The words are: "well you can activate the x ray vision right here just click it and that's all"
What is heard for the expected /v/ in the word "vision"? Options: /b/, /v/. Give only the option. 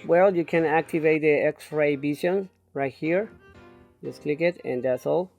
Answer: /b/